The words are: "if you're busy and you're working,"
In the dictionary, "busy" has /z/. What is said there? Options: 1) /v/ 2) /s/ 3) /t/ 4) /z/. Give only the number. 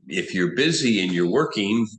4